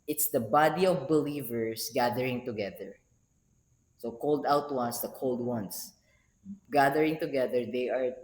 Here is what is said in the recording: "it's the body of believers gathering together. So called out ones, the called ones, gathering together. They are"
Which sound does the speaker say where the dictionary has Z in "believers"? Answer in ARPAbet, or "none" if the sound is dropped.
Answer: S